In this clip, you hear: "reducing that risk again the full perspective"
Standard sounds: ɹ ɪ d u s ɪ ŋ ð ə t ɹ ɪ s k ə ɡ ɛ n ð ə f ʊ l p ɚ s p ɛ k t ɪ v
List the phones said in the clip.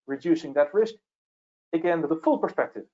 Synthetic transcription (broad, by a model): ɹ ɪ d u s ɪ ŋ ð ə t ɹ ɪ s k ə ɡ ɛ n ð ə f ʊ l p ɚ s p ɛ k t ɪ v